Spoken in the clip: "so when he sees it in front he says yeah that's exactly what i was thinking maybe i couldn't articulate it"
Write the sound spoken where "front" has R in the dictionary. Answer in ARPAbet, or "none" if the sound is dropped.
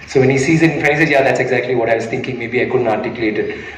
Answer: none